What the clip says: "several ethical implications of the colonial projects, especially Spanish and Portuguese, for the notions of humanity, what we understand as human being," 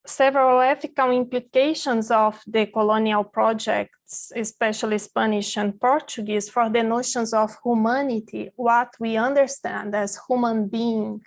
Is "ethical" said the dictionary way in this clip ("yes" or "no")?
no